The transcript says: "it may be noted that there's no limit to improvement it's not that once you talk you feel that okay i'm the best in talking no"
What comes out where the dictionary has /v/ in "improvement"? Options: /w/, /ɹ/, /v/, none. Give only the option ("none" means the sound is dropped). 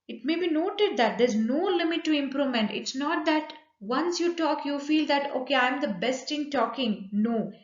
none